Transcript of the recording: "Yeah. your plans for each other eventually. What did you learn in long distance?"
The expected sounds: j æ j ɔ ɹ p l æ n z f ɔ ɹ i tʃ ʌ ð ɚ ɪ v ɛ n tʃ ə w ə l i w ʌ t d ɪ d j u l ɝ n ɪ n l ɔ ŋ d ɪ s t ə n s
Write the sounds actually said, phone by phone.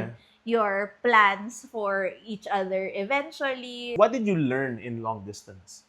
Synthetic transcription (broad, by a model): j j ɔ ɹ p l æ n s f ɔ ɹ i tʃ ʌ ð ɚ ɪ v ɛ n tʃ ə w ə l i w ʌ t d ɪ d j u l ɝ n ɪ n l ɔ ŋ d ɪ s t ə n s